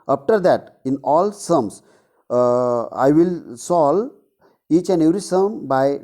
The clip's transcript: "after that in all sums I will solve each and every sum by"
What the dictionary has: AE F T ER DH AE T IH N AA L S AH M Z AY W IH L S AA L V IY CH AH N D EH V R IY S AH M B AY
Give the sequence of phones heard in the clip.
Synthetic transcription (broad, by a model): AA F T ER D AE T IH N AA L S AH M S AY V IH L S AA L IY CH AH N D EH V R IY S AH M B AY